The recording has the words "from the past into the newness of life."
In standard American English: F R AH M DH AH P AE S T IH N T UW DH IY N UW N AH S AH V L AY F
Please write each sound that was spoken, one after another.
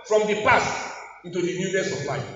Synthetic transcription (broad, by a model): F R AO M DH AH P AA S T IH N T UW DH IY N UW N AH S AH P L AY